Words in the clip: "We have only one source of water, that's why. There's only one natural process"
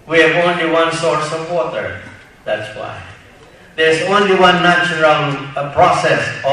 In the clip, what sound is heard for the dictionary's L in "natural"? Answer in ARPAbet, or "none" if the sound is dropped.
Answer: N